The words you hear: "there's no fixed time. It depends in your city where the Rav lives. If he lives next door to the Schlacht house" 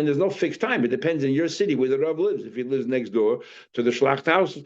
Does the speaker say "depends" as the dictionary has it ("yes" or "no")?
yes